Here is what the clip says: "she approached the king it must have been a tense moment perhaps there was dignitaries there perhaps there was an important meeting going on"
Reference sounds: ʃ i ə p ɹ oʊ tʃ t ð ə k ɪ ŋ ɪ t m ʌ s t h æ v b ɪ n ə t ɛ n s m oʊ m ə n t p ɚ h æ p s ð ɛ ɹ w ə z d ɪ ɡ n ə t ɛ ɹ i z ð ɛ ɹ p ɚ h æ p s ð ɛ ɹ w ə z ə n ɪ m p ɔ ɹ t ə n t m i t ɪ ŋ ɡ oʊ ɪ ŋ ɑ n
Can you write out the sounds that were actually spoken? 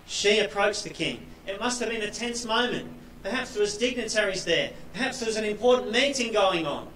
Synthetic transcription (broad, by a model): ʃ i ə p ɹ oʊ tʃ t ð ə k ɪ ŋ ɪ t m ʌ s t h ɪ v b ɪ n ə t ɛ n s m oʊ m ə n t p ɚ h æ p s ð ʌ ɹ w ə z d ɪ ɡ n ə t ɛ ɹ i z ð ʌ ɹ p ɚ h æ p s ð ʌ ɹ w ə z ə n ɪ m p ɔ ɹ t n m i t ɪ ŋ ɡ oʊ ɪ ŋ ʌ n